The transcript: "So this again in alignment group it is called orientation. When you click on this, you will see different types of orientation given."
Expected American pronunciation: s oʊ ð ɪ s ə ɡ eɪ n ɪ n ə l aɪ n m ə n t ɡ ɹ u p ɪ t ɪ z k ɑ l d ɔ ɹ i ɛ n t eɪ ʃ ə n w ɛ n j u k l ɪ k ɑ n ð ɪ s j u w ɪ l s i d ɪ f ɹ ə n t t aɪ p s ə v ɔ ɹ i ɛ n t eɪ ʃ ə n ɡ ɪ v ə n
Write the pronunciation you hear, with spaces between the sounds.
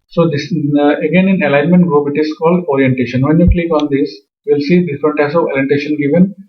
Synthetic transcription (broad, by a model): s oʊ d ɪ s ə ɡ eɪ n ɪ n ə l aɪ n m ə n t ɡ ɹ u p ɪ t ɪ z k ɑ l d ɔ ɹ i ɛ n t eɪ ʃ ə n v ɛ n j u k l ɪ k ɑ n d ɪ s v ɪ l s i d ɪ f ɹ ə n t t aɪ s ə v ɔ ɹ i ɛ n t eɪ ʃ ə n ɡ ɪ v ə n